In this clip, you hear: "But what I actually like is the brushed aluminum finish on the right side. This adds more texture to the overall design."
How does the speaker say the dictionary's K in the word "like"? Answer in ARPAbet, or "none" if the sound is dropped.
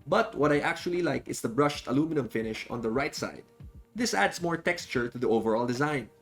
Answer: K